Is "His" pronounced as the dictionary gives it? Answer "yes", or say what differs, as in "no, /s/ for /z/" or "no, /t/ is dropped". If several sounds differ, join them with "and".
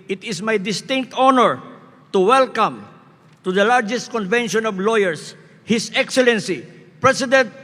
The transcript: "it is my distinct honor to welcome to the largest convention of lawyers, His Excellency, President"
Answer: no, /s/ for /z/